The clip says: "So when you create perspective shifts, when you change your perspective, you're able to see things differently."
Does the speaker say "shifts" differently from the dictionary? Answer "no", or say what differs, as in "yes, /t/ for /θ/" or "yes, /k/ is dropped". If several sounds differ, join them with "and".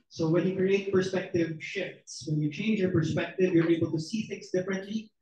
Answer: no